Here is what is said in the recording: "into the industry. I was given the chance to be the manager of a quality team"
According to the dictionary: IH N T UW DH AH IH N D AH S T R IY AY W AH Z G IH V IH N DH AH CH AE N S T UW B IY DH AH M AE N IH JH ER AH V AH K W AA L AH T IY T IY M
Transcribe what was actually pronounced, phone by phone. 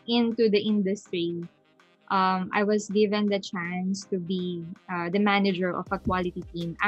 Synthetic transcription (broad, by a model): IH N T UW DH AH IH N D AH S T R IY AY W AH S G IH V IH N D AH CH AE N S T UW B IY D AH M AE N IH JH ER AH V AH K W AA L AH T IY T IY M